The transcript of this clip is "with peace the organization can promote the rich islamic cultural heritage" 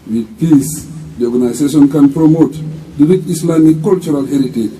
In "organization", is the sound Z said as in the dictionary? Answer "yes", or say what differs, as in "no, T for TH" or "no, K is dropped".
no, S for Z